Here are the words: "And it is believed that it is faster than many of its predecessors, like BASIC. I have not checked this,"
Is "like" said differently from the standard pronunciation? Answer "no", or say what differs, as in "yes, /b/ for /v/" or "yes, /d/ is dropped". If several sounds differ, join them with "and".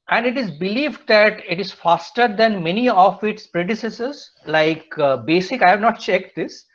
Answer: no